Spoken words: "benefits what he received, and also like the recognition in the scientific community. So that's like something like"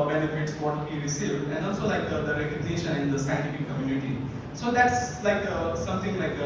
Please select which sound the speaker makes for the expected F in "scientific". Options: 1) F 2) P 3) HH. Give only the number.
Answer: 2